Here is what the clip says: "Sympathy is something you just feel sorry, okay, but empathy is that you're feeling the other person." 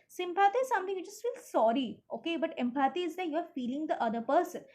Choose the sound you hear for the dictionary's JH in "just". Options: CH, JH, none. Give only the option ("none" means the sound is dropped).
CH